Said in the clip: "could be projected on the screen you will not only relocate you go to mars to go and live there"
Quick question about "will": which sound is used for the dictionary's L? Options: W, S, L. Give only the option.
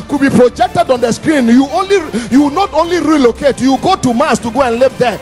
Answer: W